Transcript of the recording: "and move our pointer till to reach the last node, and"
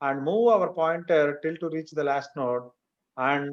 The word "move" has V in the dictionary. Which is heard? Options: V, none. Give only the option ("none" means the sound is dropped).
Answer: V